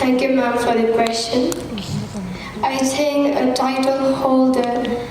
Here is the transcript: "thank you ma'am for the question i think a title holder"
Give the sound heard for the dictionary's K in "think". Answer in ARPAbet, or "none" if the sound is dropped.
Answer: none